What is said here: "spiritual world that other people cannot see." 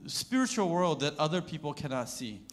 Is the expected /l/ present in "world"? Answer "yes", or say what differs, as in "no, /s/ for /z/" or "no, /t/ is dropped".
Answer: yes